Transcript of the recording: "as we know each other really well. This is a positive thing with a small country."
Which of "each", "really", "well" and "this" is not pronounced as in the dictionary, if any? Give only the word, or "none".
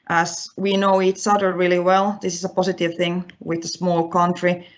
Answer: each